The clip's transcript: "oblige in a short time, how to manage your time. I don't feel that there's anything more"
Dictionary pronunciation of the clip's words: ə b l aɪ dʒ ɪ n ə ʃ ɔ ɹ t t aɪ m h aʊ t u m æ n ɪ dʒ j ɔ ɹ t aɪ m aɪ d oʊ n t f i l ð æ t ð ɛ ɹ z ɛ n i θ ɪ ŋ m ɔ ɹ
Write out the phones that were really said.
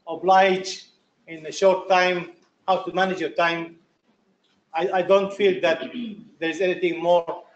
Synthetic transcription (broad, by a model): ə b l aɪ dʒ ɪ n ə ʃ ɔ ɹ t t aɪ m h aʊ t u m æ n ɪ dʒ j ɔ ɹ t aɪ m aɪ d oʊ n t f i l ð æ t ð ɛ ɹ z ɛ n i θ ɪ ŋ m ɔ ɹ